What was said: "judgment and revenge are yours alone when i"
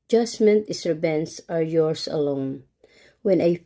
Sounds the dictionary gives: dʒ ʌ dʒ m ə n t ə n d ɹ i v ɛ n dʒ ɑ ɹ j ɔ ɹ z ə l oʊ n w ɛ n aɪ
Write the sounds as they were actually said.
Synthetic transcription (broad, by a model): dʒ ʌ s m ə n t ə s ɹ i b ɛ n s ɑ ɹ j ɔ ɹ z ə l oʊ n w ɛ n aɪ